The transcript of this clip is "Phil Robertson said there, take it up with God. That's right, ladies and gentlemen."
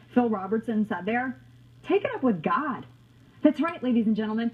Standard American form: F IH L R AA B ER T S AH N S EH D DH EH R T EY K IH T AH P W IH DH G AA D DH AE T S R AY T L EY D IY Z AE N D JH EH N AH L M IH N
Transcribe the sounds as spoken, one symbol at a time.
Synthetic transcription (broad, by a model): F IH L R AA B ER T S AH N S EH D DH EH R T EY K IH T AH P W IH DH G AA D DH AE T S R AY T L EY D IY Z N JH EH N L M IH N